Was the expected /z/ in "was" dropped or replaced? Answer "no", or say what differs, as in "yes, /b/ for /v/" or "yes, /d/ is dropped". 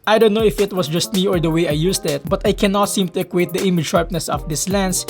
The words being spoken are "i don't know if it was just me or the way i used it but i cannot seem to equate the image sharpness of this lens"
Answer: yes, /s/ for /z/